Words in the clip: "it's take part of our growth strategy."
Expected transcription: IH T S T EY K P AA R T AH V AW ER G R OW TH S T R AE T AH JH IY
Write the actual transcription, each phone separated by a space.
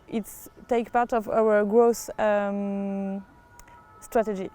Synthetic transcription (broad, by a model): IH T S T EY K P AA R T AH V AW ER G R OW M S T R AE T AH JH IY